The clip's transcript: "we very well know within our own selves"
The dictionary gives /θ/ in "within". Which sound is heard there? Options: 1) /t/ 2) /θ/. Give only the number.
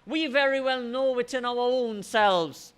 1